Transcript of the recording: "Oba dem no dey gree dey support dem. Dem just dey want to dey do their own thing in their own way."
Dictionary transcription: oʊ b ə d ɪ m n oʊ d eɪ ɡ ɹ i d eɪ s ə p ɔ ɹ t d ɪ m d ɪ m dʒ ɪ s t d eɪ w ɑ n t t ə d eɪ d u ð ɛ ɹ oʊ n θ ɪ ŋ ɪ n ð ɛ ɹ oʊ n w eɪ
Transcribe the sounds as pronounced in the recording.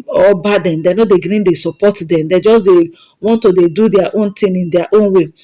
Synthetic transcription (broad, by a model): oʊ b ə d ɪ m n oʊ d eɪ ɡ ɹ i d eɪ s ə p ɔ t d ɪ m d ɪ dʒ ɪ s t d eɪ w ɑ n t t ə d eɪ d u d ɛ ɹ oʊ n t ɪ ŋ ɪ n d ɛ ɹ oʊ n w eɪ